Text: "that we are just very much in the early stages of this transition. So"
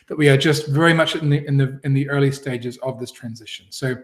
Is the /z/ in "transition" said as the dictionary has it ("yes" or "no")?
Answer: yes